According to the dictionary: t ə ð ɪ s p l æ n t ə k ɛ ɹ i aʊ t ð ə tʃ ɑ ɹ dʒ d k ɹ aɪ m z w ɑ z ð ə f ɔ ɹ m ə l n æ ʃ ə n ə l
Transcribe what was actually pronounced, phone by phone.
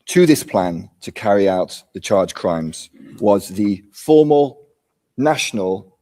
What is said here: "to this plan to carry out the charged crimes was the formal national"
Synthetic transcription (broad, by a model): t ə ð ɪ s p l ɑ n t ə k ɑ ɹ i aʊ t ð ə tʃ ɑ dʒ k ɹ aɪ m z w ɑ z ð ə f ɔ m ə l n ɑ ʃ ə n ə l